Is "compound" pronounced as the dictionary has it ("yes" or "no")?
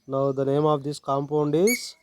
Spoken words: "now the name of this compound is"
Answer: yes